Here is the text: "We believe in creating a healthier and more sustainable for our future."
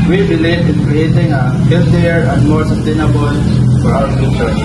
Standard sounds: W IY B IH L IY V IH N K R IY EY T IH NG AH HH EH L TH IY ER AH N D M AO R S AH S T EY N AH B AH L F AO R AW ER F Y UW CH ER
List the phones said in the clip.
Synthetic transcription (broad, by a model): W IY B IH L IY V IH N K R IY EY T IH NG AH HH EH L T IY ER AH N D M AO R S AH S T EY N AH B AH L F AO R AW ER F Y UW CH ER